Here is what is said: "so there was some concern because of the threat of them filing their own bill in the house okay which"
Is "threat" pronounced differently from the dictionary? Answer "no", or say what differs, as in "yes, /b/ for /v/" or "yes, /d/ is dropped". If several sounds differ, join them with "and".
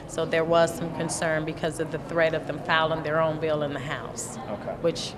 no